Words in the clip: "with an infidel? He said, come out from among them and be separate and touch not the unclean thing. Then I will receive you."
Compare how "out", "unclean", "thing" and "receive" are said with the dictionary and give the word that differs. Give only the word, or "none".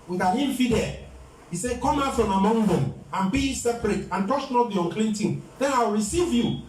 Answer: thing